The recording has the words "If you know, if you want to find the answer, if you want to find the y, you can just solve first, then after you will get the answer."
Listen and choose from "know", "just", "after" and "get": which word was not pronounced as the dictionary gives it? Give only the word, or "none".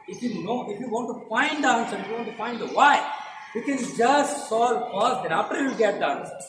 after